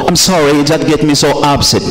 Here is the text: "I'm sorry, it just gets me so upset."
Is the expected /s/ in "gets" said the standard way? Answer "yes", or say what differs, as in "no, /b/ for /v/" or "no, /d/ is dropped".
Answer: no, /s/ is dropped